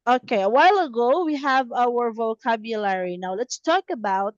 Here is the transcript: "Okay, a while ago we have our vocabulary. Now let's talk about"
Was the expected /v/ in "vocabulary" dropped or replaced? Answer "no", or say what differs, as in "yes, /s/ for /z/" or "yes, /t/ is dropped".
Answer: no